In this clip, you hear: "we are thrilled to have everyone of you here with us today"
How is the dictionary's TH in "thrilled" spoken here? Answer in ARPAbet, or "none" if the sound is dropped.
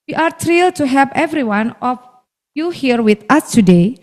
T